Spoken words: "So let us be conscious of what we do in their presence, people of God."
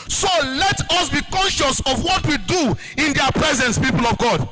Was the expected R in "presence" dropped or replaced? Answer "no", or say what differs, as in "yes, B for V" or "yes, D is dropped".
no